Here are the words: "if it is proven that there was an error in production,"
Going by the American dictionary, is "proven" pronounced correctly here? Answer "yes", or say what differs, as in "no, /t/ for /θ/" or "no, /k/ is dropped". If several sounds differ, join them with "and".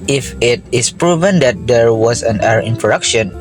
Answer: yes